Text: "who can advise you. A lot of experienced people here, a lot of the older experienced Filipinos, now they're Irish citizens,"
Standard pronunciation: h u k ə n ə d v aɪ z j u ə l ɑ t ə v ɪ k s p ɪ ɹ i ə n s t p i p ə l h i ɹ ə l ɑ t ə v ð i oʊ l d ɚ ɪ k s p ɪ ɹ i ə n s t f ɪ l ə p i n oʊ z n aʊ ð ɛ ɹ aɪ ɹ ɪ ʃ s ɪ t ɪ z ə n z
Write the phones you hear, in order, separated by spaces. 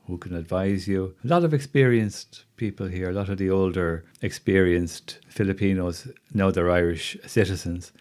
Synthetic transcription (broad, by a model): h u k ə n ə d v aɪ z j u ə l ɑ t ə v ɪ k s p ɪ ɹ i ə n s t p i p ə l h i ɹ ə l ɑ t ə v ð i oʊ l d ɚ ɪ k s p ɪ ɹ i ə n s t f ɪ l ə p i n oʊ z n aʊ ð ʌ ɹ aɪ ɹ ɪ ʃ s ɪ t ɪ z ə n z